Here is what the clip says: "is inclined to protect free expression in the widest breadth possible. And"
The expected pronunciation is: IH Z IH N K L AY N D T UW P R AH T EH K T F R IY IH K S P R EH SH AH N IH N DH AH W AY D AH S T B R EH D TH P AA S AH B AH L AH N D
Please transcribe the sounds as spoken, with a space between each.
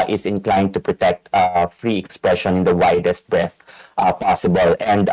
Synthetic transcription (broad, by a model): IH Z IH N K L AY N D T UW P R AH T EH K T F R IY IH K S P R EH SH AH N IH N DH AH W AY D AH S T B R EH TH P AA S AH B AH L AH N D